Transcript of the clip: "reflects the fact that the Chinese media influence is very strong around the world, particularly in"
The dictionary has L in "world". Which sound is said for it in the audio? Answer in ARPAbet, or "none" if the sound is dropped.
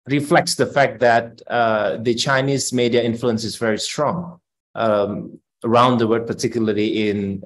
none